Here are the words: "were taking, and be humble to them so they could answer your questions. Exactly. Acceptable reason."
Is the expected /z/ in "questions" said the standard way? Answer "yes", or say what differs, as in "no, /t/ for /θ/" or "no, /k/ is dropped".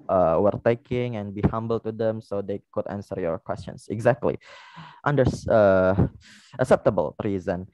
no, /s/ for /z/